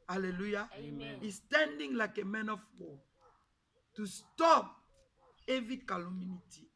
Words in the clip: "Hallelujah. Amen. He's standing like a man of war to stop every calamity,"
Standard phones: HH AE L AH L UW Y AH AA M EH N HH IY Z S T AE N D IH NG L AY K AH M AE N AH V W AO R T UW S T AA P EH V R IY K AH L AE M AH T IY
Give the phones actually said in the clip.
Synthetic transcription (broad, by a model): HH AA L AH L UW Y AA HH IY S T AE N D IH NG L AY K AH M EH N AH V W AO T UW S T AA P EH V IY K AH L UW M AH T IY